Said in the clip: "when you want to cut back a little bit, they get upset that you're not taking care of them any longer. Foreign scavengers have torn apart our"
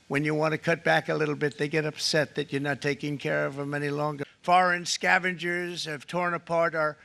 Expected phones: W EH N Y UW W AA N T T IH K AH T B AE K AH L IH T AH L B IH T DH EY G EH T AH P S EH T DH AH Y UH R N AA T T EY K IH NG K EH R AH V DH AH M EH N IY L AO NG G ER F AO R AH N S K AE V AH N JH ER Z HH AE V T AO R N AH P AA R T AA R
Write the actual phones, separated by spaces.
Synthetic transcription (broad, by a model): W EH N Y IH W AA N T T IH K AH T B AE K AH L IH T L B IH T DH EY G EH T AH P S EH T DH AH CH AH R N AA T T EY K IH NG K EH R AH V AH M EH N IY L AO NG G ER F AO R AH N S K AE V AH N JH ER Z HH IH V T AO R N AH P AA R T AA R